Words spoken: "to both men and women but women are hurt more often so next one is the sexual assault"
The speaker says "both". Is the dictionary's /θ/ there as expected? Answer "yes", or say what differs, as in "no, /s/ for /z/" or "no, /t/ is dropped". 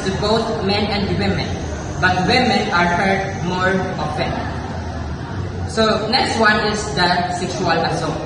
no, /t/ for /θ/